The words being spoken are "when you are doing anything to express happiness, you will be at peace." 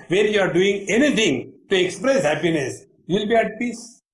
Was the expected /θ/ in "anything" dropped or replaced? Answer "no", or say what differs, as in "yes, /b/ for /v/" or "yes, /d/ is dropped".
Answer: yes, /t/ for /θ/